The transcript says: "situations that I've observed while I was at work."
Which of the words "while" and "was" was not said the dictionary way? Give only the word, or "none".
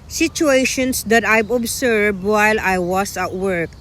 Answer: was